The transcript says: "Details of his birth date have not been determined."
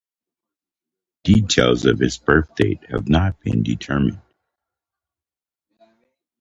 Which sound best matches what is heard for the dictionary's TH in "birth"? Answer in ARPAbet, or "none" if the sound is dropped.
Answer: TH